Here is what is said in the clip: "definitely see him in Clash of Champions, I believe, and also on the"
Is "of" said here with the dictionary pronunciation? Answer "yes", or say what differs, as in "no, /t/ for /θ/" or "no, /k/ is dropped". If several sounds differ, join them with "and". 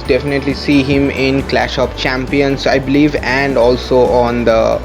no, /p/ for /v/